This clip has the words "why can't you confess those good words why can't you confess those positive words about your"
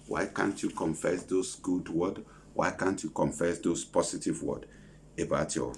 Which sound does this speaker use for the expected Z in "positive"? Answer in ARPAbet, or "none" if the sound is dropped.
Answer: S